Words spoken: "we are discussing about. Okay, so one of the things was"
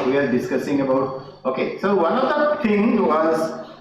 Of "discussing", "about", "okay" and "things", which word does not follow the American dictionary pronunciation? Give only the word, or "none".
things